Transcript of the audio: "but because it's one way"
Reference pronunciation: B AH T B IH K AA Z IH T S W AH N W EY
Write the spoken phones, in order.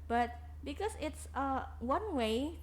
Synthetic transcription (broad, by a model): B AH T B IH K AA S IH T S W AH N W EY